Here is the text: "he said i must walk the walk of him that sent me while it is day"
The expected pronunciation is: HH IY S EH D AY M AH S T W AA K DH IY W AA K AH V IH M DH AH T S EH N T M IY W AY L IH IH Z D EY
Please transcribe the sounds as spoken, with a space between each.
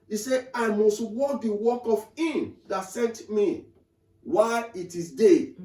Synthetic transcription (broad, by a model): IY S EH AY M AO S T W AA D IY W AA K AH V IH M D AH T S EH N T M IY W AY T IH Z D EY